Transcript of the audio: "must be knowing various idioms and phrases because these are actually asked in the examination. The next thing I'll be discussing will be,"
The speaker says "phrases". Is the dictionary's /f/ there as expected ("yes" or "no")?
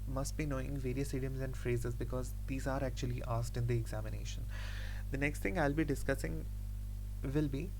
yes